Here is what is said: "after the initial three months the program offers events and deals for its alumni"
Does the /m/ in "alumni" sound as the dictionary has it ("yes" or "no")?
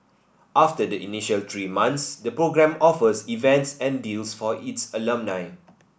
yes